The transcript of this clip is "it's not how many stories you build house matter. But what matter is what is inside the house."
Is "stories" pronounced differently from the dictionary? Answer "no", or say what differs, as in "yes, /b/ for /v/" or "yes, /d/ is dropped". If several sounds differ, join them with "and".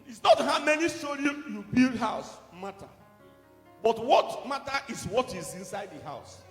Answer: yes, /z/ is dropped